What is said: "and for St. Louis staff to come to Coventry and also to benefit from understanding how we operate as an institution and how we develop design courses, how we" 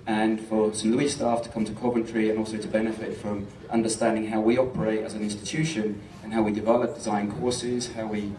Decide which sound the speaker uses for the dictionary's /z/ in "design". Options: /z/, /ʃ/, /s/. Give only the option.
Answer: /z/